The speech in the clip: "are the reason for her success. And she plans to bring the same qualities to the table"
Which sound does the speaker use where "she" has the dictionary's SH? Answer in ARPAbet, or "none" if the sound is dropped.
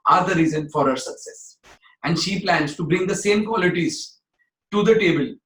SH